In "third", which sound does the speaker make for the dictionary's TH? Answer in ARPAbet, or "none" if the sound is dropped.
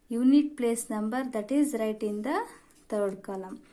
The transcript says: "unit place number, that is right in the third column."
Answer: T